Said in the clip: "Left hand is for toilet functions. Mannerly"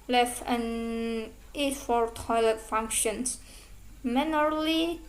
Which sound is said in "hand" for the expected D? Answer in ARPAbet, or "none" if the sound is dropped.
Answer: none